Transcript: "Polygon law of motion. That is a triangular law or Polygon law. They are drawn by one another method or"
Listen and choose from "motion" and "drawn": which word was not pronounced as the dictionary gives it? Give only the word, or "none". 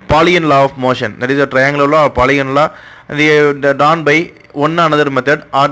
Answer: drawn